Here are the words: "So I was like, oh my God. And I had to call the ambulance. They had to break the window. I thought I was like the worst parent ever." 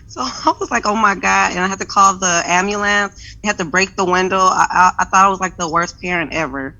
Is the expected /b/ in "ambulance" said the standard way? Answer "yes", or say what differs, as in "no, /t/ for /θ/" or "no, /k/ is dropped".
no, /b/ is dropped